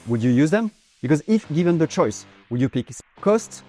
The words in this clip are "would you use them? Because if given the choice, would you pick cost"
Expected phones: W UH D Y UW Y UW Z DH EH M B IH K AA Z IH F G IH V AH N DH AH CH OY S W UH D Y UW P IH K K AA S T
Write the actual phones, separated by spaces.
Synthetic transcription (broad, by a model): W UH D Y UW Y UW Z DH EH M B IH K AA Z IH F G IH V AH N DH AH CH OY S W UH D Y UW P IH K K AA S T